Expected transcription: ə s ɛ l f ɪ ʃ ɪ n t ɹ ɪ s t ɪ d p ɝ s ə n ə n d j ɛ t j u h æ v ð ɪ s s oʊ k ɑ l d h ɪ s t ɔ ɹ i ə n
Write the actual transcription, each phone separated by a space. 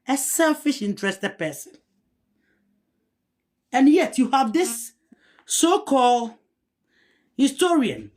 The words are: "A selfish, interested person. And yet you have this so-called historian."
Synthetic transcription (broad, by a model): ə s ɛ l f ɪ ʃ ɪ n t ɹ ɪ s t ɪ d p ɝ s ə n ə n j ɛ t j u h æ v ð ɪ s s oʊ k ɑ l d h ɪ s t ɔ ɹ i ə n